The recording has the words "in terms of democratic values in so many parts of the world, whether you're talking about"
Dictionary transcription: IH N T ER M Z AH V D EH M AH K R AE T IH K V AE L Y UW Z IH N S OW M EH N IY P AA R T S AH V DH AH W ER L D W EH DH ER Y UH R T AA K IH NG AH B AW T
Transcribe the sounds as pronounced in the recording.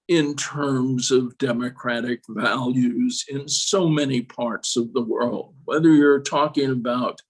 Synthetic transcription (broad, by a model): IH N T ER M Z AH V D EH M AH K R AE T IH K V AE L Y UW Z IH N S OW M EH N IY P AA R T S AH V DH AH W ER L D W EH DH ER Y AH R T AA K IH NG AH B AW T